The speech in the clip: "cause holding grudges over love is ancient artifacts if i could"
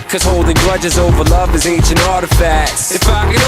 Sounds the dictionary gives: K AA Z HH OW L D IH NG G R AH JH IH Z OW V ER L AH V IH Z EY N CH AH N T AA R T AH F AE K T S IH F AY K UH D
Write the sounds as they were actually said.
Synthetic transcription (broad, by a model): K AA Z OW L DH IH G R AH JH IH Z OW V ER L AH V IH Z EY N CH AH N AA R T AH F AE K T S IH F AY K